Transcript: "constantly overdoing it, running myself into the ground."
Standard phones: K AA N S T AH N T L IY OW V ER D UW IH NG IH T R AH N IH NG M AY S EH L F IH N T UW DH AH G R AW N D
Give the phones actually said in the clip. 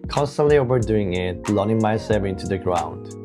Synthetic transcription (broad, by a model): K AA N S T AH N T L IY OW V ER D UW IH NG IH T L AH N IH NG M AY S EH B IH N T UW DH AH G R AW N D